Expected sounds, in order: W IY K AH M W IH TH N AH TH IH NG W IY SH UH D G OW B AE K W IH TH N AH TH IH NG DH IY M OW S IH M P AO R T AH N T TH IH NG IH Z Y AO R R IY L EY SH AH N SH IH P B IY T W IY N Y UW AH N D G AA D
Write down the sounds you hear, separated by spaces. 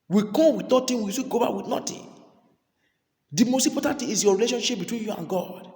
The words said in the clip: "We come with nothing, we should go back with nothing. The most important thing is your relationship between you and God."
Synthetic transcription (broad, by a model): W IY K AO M W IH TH N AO T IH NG W IY S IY G OW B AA K W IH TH N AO T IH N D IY M OW S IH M P AO T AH N T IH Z Y AO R R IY L EY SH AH N SH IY P B IY T W IY N Y UW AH N G AA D